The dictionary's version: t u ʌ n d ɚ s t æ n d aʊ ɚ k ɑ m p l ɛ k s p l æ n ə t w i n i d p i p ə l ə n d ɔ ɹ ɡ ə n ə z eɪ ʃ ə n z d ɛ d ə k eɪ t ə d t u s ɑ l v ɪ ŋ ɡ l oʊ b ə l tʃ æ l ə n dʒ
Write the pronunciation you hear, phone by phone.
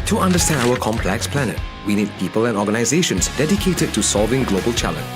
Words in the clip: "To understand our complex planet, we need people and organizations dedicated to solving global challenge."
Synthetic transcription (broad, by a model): t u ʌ n d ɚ s t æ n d aʊ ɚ k ɑ m p l ɛ k s p l æ n ə t w i n i d p i p ə l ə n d ɔ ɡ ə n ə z eɪ ʃ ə n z d ɛ d ə k eɪ t ə d t u s ɑ l v ɪ ŋ ɡ l oʊ b ə l tʃ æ l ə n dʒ